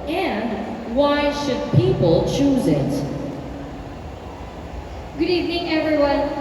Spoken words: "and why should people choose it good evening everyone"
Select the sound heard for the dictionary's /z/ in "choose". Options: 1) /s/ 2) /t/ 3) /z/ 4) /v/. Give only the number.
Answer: 3